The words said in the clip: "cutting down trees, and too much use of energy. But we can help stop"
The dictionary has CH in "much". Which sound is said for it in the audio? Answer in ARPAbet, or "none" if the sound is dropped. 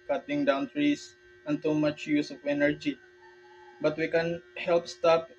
CH